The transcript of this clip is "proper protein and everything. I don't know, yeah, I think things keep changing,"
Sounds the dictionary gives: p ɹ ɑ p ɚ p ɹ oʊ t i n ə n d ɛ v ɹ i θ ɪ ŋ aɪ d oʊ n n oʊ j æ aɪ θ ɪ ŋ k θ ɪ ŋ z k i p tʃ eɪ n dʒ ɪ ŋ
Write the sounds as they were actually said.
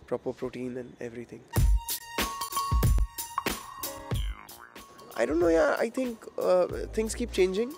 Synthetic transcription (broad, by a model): p ɹ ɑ p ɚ p ɹ oʊ t i n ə n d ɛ v ɹ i t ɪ ŋ aɪ d oʊ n n oʊ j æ aɪ t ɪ ŋ k t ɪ ŋ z k i p tʃ eɪ n dʒ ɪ ŋ